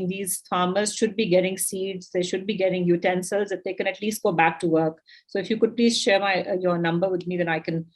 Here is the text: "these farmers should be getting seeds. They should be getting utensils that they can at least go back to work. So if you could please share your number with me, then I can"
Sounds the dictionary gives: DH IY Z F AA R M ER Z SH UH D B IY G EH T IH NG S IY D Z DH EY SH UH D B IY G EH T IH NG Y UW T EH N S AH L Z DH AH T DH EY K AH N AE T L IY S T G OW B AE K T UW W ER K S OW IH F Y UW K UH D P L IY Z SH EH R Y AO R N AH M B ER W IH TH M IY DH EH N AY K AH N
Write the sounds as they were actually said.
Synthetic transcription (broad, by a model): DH IY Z F AA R M ER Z SH UH D B IY G EH T IH NG S IY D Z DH EY SH UH D B IY G EH T IH NG Y UW T EH N S AH L Z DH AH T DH EY K AH N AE T L IY S T G OW B AE K T UW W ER K S OW IH F Y UW K UH D P L IY Z SH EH R Y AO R N AH M B ER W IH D M IY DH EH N AY K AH N